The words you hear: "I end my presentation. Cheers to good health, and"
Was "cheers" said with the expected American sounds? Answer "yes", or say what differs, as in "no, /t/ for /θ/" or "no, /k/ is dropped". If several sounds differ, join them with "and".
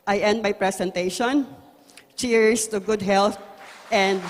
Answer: no, /s/ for /z/